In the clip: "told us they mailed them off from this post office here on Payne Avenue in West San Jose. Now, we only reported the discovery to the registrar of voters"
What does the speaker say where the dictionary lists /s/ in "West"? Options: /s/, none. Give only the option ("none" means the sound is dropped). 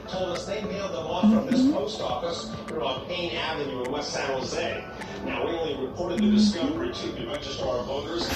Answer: none